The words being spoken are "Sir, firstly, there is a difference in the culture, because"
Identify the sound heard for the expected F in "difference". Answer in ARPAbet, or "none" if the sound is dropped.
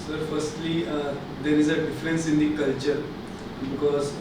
F